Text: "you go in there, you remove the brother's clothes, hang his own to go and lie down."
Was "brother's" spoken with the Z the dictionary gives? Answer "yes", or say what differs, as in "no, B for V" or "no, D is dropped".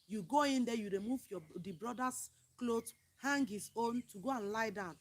no, S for Z